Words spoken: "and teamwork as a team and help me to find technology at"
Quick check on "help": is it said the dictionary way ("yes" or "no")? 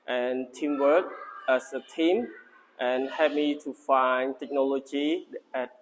no